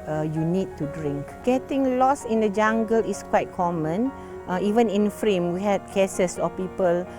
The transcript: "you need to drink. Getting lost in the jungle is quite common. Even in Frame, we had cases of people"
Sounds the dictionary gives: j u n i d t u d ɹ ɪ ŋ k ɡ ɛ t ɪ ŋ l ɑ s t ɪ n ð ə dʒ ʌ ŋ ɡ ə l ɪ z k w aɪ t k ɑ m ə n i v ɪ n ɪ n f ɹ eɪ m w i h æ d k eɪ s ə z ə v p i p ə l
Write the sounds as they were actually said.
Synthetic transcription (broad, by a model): j u n i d t u d ɹ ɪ ŋ k ɡ ɛ t ɪ ŋ l ɑ s ɪ n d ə dʒ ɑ ŋ ɡ ə l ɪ s k w aɪ t k ɑ m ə n i v ɪ n ɪ n f ɹ eɪ m w i h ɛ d k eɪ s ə s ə p i p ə l